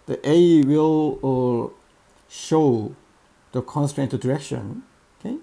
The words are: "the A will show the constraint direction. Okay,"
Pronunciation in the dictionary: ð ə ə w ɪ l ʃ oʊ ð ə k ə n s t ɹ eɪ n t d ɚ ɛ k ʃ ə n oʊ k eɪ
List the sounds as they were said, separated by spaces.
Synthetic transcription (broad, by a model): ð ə ə w ɪ l ʃ oʊ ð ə k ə n s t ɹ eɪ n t d ɚ ɛ k ʃ ə n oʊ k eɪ